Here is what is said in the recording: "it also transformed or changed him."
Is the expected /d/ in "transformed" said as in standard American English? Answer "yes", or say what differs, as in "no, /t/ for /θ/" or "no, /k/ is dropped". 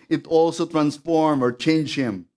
no, /d/ is dropped